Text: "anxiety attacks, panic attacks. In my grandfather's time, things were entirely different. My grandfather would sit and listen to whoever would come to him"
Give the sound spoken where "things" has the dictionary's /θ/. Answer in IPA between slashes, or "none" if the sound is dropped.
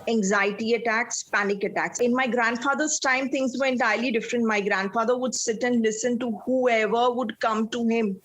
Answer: /t/